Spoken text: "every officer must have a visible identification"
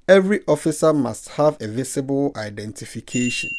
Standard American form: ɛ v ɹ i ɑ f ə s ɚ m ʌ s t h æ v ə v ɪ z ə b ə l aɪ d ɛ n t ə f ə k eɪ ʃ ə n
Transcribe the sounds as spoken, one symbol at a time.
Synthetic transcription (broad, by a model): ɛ v ɹ i ɑ f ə s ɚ m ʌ s t h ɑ v ə v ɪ s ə b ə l aɪ d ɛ n t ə f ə k eɪ ʃ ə n